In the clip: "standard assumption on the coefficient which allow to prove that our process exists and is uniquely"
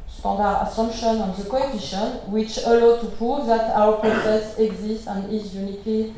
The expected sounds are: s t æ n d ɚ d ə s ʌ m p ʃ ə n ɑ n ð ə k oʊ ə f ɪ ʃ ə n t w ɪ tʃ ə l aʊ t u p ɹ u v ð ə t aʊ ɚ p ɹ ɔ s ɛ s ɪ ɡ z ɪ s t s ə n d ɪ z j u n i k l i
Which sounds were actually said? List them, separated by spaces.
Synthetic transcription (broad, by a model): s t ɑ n d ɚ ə s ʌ m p ʃ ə n ɑ n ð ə k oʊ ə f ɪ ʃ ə n w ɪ tʃ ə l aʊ t u p ɹ u v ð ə t aʊ ɚ p ɹ ɔ s ɛ s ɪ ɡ z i s t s ə n d ɪ z j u n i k l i